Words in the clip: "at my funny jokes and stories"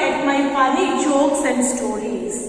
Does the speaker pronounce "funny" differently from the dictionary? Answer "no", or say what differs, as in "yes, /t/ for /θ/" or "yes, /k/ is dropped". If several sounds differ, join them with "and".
yes, /l/ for /n/